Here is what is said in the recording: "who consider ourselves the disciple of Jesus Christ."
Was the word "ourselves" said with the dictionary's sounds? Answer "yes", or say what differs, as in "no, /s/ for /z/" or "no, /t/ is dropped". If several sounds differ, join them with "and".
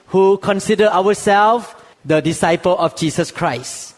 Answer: no, /w/ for /ɹ/